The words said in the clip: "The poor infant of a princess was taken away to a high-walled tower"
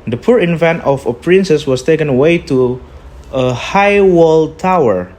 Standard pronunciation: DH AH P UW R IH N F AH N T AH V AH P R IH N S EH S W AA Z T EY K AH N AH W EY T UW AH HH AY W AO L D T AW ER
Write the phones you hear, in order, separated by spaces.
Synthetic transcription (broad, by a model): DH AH P UW R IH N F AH N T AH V AH P R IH N S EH S W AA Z T EY K AH N AH W EY T UW AH HH AY W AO L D T AW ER